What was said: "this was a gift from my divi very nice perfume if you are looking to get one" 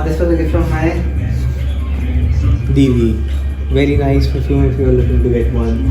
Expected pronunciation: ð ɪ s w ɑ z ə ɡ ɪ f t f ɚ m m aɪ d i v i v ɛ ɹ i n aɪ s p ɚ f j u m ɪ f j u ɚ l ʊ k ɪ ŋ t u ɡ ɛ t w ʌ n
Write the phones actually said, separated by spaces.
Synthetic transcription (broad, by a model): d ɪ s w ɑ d ə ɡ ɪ t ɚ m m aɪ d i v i v ɛ ɹ i n aɪ s f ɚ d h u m ɪ f j u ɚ l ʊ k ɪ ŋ t u ɡ ɛ t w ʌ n